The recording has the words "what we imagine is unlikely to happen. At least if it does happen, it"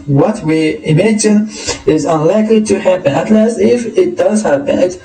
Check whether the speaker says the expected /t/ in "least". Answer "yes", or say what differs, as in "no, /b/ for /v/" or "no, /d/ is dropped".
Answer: no, /t/ is dropped